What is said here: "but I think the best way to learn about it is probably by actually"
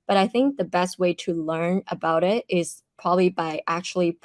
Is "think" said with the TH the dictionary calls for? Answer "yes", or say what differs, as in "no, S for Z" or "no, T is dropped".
yes